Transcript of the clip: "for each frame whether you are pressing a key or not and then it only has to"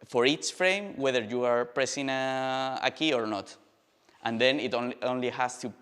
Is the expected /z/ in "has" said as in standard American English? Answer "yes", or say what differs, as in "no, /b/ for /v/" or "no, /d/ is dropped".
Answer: no, /s/ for /z/